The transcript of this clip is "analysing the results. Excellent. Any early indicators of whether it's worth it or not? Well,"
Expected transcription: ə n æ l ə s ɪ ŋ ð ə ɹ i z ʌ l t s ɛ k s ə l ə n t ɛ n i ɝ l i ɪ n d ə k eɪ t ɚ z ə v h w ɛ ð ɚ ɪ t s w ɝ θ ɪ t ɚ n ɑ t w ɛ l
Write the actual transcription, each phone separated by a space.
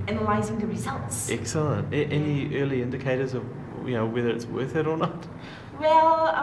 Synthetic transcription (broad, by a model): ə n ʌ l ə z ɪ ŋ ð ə ɹ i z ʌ l t s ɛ k s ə l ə n t ɛ n i ɝ l i ɪ n d ə k eɪ t ɚ z ə v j w ɛ ð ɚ ɪ t s w ɝ θ ɪ t ɚ n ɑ t w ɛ l